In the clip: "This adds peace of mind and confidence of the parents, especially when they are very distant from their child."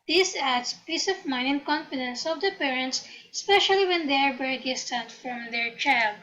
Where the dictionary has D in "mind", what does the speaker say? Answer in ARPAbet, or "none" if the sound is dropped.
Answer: none